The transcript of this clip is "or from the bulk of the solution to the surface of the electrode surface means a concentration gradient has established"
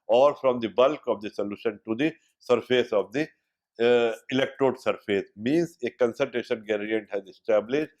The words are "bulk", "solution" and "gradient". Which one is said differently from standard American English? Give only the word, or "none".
gradient